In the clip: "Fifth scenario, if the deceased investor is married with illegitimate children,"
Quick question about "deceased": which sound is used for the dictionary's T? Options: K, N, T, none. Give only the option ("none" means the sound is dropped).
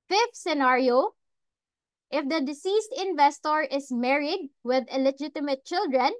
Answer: T